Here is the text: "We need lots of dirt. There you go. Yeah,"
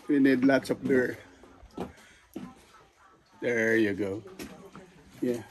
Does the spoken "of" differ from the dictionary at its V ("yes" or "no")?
yes